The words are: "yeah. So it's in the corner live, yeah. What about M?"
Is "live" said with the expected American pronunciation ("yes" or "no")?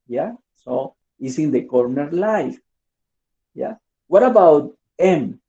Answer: no